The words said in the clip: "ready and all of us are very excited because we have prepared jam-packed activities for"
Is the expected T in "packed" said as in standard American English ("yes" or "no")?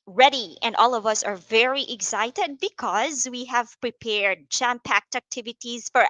yes